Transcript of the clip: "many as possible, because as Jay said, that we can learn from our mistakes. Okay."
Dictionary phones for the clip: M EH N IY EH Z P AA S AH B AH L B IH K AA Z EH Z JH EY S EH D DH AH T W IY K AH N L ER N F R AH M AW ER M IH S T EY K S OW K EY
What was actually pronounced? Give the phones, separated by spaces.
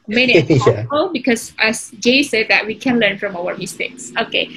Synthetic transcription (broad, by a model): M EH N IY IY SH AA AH AH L B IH K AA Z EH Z JH EY S EH D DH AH T W IY K AH N L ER N F R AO M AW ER M IH S T EY K S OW K EY